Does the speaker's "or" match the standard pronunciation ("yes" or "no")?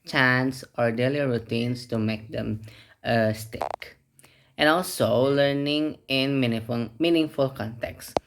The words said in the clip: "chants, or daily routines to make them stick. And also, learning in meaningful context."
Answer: yes